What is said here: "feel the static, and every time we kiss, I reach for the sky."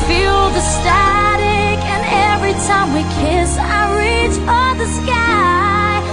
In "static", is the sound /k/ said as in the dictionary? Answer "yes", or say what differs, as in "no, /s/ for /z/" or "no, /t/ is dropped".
yes